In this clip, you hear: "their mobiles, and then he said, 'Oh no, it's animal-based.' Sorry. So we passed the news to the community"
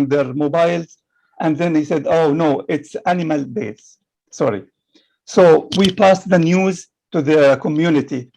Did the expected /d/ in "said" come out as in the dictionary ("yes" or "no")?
yes